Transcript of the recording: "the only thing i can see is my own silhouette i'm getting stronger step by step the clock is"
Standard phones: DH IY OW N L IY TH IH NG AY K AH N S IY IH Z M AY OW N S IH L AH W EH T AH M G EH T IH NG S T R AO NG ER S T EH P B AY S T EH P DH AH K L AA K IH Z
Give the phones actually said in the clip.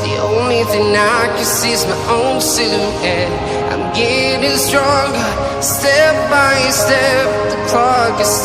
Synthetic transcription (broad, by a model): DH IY OW N L IY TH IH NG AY K AH N S IY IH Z M AY OW N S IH N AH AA AH M G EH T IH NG S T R AO NG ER S T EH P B AY S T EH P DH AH K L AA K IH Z